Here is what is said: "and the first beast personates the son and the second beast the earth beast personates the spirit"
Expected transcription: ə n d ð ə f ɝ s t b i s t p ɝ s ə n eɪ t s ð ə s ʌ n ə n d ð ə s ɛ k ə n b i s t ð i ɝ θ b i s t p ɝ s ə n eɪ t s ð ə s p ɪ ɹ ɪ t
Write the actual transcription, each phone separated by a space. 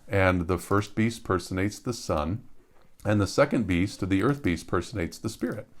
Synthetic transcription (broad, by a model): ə n ð ə f ɝ s t b i s t p ɝ s ə n eɪ t s ð ə s ʌ n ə n ð ə s ɛ k ə n b i s t ð i ɝ θ b i s t p ɝ s ə n eɪ t s ð ə s p ɪ ɹ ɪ t